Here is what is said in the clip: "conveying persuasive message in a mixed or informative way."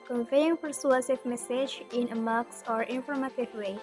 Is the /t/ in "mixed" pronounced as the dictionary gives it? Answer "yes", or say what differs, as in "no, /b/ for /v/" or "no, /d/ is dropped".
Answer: no, /t/ is dropped